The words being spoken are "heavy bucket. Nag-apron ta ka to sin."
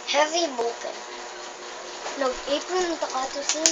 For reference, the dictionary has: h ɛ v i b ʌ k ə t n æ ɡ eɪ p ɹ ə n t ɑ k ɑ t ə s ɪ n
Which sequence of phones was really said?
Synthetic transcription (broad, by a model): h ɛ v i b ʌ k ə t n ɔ eɪ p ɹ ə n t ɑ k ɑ t ə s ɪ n